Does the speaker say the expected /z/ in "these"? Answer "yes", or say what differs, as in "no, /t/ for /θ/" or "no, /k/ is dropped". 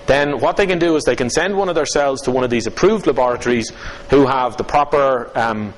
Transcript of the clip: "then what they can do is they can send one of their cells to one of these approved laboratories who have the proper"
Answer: yes